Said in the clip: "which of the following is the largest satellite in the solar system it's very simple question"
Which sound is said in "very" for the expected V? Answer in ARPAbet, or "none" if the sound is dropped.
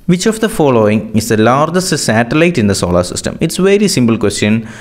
V